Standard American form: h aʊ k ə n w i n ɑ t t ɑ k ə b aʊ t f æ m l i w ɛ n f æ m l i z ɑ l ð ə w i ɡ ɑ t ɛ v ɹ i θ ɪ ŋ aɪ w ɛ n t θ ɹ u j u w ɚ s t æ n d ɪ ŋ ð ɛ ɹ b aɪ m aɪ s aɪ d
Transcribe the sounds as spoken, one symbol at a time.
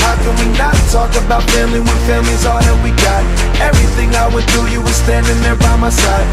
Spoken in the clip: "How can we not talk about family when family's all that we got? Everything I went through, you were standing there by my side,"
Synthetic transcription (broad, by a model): h aʊ k ə n w i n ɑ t t ɑ k ə b aʊ t f æ m l i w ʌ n f æ m l i z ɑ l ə w i ɡ ɑ t ɛ v ɹ i θ ɪ ŋ aɪ w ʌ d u j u w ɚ s t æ n d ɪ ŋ ð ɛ ɹ b aɪ m aɪ s aɪ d